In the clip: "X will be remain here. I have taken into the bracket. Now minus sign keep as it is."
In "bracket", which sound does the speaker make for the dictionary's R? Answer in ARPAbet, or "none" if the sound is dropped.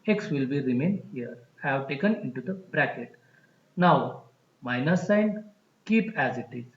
R